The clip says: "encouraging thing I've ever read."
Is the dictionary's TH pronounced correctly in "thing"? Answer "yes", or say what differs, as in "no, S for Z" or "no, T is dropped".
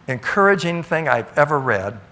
yes